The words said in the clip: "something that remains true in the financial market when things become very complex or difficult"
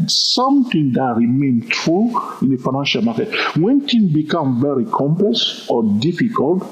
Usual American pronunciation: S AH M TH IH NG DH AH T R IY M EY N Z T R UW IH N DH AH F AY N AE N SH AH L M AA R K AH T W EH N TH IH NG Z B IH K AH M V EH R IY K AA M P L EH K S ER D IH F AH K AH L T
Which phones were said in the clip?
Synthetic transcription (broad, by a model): S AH M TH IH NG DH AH T R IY M EY N T R UW IH N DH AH F AY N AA N SH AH L M AA K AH T W EH N T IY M B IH K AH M V EH R IY K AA M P L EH S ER D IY F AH K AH L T